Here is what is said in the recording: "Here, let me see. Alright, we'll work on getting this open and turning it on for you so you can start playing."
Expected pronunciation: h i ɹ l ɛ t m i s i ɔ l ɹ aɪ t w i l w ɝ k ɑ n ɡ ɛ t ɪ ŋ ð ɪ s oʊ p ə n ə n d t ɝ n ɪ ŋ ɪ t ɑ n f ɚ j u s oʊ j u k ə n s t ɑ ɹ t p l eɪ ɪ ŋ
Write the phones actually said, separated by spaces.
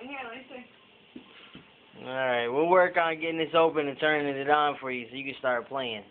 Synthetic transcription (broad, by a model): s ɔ ɹ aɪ t w i l w ɝ k n ɡ ɛ t ɪ ŋ ð ɪ s oʊ p ə n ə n t ɝ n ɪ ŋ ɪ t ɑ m f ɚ j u s oʊ j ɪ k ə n s t ɑ ɹ t p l eɪ ɪ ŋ